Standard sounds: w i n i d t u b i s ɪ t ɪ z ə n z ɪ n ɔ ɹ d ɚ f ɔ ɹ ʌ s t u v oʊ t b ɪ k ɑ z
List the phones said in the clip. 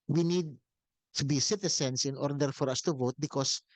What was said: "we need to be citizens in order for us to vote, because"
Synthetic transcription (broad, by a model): w i n i d t u b i s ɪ t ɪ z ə n s ɪ n ɔ ɹ d ɚ f ɔ ɹ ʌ s t u v oʊ t b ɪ k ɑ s